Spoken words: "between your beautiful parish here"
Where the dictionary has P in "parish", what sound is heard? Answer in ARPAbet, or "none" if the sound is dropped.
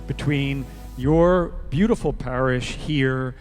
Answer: P